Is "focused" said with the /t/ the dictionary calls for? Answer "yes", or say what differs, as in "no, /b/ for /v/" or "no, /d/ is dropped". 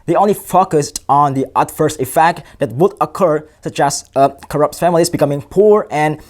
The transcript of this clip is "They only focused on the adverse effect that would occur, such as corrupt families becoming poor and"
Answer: yes